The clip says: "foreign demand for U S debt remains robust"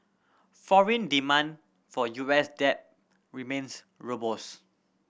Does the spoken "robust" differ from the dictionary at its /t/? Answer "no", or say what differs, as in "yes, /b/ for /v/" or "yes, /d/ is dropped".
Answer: yes, /t/ is dropped